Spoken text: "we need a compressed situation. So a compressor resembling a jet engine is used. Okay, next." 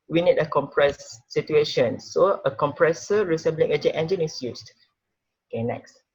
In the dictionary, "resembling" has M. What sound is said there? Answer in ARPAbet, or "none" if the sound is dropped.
none